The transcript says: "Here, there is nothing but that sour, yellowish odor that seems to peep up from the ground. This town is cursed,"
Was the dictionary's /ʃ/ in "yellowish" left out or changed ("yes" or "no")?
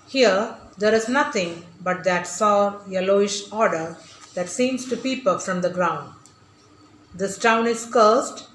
no